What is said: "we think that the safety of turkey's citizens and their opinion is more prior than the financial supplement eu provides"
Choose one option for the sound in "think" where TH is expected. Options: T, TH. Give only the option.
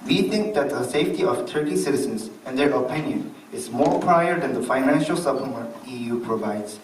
T